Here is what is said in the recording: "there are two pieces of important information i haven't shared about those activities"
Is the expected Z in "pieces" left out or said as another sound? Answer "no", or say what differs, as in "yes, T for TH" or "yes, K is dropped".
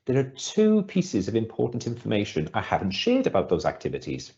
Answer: no